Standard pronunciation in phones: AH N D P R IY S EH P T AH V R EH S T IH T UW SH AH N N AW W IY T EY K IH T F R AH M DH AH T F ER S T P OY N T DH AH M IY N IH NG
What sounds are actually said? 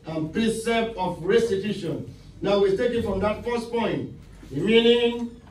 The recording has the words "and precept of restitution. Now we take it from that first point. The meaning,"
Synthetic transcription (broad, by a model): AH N P R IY S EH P AH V R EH S T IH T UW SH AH N N AW W IY T EY K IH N F R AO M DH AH T F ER S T P OY N T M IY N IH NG